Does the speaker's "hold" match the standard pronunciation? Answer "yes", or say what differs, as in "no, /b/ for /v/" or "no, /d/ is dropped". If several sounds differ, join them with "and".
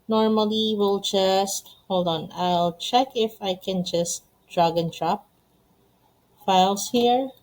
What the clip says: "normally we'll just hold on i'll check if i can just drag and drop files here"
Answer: yes